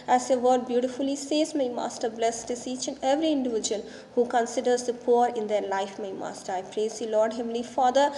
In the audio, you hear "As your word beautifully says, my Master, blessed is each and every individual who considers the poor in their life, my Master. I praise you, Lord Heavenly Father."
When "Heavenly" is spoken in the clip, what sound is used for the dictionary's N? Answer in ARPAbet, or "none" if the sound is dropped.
none